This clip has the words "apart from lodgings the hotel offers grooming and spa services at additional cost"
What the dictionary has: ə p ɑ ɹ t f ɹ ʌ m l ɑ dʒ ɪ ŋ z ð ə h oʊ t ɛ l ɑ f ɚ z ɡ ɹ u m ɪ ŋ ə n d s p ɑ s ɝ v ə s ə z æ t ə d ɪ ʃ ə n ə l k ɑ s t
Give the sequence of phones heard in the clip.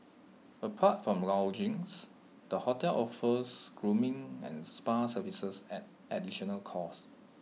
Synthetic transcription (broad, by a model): ə p ɑ t f ɹ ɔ m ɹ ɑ dʒ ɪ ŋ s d ə h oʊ t ɛ l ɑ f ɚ s ɡ ɹ u m ɪ ŋ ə n s p ɑ s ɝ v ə s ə s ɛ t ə d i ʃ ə n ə l k ɑ s